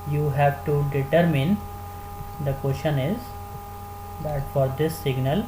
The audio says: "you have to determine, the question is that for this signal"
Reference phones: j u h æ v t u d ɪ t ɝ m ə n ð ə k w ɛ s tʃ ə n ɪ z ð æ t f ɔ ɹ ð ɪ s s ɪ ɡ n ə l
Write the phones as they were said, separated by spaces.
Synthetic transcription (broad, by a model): j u h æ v t u d ɪ t ɝ m ə n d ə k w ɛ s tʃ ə n ɪ z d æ t f ɔ ɹ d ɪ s s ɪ ɡ n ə l